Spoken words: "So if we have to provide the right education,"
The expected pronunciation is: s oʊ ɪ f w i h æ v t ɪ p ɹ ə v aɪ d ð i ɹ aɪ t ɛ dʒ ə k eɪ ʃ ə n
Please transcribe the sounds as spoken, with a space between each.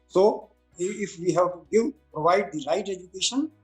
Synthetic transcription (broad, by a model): s oʊ ɪ f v i h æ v t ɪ p ɹ ə v aɪ d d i l aɪ t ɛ dʒ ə k eɪ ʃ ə n